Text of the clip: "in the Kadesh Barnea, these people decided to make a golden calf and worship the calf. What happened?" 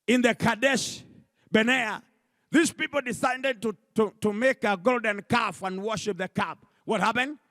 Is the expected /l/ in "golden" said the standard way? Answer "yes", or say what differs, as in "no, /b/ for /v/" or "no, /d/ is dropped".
yes